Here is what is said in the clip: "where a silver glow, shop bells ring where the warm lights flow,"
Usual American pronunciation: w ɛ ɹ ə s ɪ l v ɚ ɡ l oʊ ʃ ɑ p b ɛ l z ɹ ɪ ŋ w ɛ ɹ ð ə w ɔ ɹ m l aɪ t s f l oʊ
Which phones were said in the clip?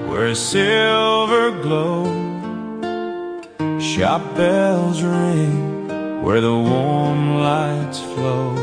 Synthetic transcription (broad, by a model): w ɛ ɹ s ɪ l v ɚ ɡ l oʊ ʃ ɑ p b ɛ l z ɹ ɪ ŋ w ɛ ɹ ð ə w ɔ ɹ m l aɪ t s f l oʊ